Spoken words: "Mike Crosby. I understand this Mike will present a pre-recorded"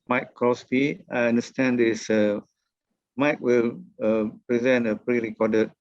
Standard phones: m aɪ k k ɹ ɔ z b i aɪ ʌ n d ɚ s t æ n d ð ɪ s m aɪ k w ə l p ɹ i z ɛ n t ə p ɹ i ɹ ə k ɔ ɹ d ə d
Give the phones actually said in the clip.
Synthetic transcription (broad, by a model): m aɪ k k ɔ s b i aɪ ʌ n d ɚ s t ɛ n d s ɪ m aɪ k w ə l p ɹ i z ɛ n t ə p ɹ i ɹ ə k ɔ d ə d